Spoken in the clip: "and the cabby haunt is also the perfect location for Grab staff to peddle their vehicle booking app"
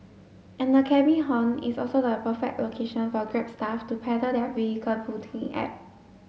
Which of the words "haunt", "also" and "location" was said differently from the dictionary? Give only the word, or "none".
haunt